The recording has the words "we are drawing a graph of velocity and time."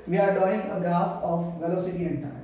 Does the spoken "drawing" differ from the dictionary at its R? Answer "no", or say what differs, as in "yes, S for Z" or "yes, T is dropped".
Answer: yes, R is dropped